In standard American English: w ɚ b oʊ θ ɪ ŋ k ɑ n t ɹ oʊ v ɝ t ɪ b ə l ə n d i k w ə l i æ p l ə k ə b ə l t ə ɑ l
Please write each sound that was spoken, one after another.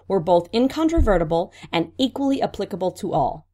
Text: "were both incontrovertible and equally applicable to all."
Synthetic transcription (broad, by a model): w ɚ b oʊ θ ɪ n k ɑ n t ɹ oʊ v ɝ t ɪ b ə l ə n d i k w ə l i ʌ p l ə k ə b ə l t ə ɑ l